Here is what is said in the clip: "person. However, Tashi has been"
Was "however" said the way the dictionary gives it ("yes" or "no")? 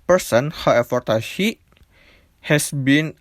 no